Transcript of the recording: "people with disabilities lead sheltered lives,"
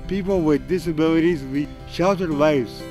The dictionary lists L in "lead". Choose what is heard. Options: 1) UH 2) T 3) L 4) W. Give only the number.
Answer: 4